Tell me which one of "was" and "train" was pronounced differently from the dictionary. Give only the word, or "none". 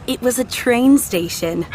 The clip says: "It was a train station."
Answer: none